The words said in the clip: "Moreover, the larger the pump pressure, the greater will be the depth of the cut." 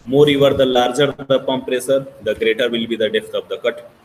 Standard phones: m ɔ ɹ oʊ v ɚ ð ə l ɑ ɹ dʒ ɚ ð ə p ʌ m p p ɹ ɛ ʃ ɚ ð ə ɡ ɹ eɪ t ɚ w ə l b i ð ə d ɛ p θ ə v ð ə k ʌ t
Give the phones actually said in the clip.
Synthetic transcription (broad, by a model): m ɔ ɹ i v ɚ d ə l ɑ ɹ dʒ ɚ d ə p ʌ m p p ɹ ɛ s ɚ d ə ɡ ɹ eɪ t ɚ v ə l b i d ə d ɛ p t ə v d ə k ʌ t